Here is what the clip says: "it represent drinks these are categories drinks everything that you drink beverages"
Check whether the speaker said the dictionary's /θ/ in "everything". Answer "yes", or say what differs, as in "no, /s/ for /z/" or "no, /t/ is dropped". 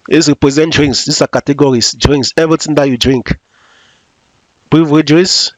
no, /t/ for /θ/